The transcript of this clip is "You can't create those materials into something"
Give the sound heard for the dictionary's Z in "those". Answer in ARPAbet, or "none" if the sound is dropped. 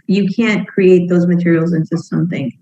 Z